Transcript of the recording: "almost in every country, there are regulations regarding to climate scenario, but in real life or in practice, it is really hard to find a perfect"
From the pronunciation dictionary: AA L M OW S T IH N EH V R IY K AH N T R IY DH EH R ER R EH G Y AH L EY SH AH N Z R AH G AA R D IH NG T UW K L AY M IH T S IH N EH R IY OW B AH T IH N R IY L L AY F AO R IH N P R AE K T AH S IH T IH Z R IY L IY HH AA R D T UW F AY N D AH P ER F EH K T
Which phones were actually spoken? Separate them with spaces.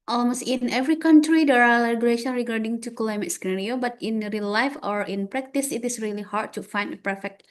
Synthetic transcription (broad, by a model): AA L M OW S T IH N EH V R IY K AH N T R IY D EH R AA L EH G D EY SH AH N R AH G AA R D IH NG T UW K L AY M IH T S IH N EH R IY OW B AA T IH N R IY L L AY F AO R IH N P R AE K T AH S IH T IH S R IY L IY HH AA R D T UW F AY N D AH P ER F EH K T